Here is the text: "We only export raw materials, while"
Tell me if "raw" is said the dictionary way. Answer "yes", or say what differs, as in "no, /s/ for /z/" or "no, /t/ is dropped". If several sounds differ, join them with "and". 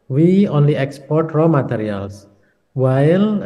yes